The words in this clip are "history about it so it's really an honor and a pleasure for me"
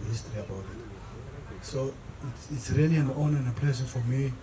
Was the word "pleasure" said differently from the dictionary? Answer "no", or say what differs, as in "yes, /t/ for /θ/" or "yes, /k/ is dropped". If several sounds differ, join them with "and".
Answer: yes, /s/ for /ʒ/